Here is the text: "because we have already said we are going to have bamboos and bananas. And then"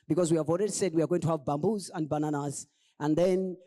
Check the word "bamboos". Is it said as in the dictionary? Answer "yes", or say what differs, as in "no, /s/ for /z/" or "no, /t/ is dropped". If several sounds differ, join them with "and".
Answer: yes